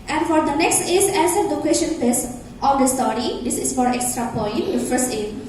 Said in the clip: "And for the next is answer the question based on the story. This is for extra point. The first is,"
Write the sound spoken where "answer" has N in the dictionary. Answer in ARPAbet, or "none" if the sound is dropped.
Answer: none